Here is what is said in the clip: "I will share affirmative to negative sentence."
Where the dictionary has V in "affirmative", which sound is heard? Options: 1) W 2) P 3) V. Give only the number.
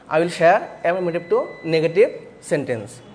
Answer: 2